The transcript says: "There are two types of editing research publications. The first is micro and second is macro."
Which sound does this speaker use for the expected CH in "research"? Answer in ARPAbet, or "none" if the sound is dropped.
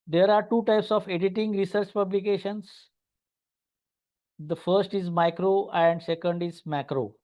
CH